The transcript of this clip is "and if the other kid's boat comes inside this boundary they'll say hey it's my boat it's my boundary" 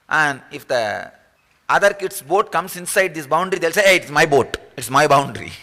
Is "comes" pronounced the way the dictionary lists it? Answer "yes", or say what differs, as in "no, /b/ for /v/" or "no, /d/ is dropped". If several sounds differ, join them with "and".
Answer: no, /s/ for /z/